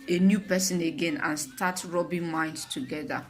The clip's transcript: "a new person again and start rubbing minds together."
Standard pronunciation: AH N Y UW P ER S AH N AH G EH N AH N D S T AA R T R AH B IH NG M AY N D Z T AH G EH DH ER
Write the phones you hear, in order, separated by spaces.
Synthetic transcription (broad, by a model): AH N Y UW P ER S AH N AH G EH N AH N S T AA T R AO B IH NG M AY N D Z T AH G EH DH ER